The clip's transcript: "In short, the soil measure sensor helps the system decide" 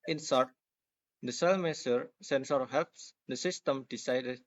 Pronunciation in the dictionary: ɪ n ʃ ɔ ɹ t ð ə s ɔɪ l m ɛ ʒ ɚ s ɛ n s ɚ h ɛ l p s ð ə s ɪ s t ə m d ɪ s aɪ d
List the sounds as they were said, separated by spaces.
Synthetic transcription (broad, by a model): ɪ n s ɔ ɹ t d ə s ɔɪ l m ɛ s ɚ s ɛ n s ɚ h ɛ l p s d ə s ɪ s t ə m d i s aɪ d